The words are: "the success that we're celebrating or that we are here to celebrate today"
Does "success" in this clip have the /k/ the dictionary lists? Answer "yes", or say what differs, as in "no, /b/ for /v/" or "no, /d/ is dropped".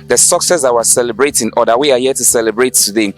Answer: yes